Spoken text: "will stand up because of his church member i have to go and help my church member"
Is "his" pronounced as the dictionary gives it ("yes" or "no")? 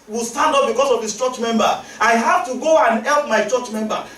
no